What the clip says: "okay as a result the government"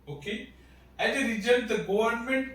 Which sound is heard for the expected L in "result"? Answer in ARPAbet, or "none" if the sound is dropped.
none